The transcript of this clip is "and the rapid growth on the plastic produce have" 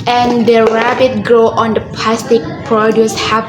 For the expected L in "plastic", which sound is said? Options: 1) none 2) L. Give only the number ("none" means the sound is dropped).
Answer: 2